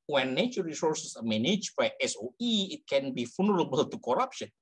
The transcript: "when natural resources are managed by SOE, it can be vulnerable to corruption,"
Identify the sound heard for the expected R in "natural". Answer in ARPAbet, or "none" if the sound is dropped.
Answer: none